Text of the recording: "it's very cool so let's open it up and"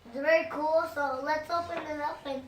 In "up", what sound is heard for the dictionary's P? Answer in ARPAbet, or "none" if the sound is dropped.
F